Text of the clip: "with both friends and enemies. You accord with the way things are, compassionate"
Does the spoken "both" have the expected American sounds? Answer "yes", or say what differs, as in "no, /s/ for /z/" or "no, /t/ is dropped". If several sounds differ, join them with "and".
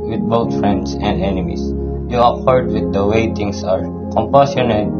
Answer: no, /t/ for /θ/